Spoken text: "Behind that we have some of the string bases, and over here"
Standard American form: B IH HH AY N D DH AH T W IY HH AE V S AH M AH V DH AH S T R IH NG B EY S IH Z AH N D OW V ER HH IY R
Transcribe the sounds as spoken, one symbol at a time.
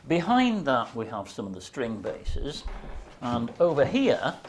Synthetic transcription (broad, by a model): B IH HH AY N DH AH T W IY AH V S AH M AH V DH AH S T R IH NG B EY S IH Z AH N OW V ER HH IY R